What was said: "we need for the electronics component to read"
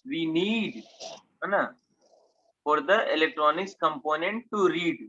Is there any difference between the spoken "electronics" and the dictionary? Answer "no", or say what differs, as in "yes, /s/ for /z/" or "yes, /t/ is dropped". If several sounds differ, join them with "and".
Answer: no